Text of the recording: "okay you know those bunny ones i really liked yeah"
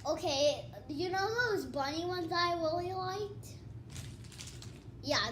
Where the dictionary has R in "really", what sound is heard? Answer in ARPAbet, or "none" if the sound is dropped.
W